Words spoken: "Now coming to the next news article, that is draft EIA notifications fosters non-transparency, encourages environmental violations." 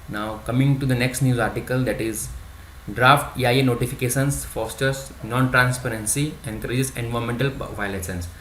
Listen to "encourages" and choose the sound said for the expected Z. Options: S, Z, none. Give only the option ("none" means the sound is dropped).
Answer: S